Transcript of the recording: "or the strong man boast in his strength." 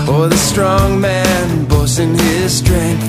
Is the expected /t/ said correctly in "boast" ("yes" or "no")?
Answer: no